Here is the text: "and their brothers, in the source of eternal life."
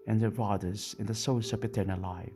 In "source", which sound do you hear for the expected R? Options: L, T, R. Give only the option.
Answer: L